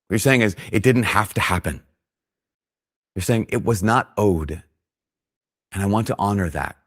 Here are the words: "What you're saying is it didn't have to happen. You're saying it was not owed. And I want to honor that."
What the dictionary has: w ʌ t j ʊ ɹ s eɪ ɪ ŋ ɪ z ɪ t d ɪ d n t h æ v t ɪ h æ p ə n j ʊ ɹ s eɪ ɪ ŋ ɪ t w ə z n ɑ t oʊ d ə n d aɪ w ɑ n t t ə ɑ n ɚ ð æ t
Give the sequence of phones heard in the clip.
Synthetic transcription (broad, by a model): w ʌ ɹ s eɪ ɪ ŋ ɪ z ɪ t d ɪ d n t h æ f t ɪ h æ p ə n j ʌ ɹ s eɪ ɪ ŋ ɪ t w ə z n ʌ t oʊ d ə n aɪ w ɑ n t t ɑ n ɚ ð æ t